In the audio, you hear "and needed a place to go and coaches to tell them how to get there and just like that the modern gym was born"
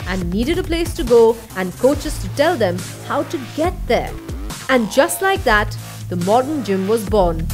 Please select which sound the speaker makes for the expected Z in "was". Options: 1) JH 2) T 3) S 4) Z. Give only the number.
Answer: 4